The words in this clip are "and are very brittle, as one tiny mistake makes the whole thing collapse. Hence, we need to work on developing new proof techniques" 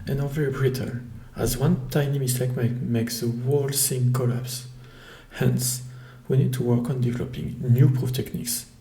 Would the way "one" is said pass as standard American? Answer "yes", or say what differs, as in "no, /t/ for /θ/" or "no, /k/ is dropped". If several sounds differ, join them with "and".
yes